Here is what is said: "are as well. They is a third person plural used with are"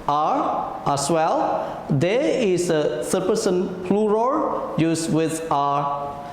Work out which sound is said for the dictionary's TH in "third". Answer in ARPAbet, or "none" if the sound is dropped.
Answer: S